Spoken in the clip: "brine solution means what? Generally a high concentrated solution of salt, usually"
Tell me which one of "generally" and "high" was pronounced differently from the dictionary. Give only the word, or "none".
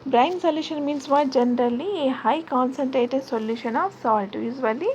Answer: none